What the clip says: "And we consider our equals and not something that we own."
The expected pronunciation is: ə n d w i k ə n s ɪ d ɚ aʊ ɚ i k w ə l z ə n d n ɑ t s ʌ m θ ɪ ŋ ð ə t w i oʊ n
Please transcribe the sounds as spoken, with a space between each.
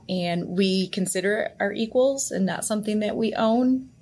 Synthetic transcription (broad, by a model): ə n w i k ə n s ɪ d ɚ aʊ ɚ i k w ə l z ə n n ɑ t s ʌ m θ ɪ ŋ ð ə t w i oʊ n